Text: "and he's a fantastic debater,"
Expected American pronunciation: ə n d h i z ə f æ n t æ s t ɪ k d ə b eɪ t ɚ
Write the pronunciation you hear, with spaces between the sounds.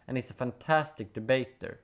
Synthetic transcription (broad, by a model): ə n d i s ə f æ n t æ s t ɪ k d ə b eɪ t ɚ